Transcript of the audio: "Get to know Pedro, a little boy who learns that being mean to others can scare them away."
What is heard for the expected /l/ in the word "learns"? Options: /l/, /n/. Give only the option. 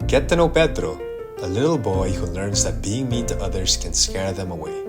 /l/